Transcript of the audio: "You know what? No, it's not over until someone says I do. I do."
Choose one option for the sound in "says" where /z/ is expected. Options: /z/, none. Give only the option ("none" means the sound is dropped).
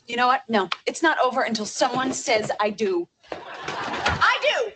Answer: /z/